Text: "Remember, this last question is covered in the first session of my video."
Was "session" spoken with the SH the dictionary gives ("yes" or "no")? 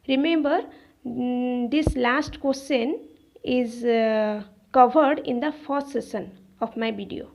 no